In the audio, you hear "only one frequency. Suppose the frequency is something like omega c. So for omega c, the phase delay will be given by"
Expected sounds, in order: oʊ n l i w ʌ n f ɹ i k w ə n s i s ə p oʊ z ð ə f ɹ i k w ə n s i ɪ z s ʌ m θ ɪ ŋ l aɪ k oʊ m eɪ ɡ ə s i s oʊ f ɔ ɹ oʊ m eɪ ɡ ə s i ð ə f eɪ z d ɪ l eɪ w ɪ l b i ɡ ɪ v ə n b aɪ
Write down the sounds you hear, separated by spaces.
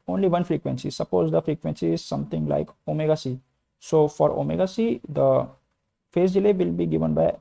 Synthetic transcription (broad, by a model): oʊ n l i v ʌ n f ɹ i k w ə n s i s ə p oʊ z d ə f ɹ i k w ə n s i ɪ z s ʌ m t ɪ ŋ l aɪ k oʊ m eɪ ɡ ə s i s oʊ f ɔ ɹ oʊ m eɪ ɡ ə s i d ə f eɪ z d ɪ l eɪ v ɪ l b i ɡ ɪ v ə n b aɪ